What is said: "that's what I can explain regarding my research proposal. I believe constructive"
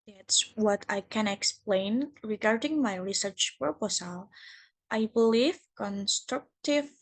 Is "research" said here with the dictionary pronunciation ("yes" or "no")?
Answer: yes